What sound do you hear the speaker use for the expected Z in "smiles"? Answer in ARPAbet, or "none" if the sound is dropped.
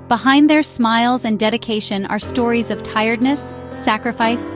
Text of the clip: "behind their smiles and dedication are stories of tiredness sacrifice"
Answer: Z